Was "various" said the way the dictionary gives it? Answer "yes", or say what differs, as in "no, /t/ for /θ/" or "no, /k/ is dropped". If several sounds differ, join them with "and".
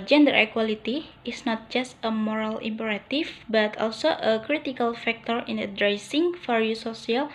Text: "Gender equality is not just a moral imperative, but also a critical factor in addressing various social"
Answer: no, /f/ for /v/